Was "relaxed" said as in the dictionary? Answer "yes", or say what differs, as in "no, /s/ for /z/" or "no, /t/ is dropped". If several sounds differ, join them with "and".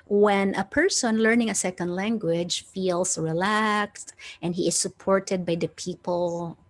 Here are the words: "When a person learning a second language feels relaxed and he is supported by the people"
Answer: yes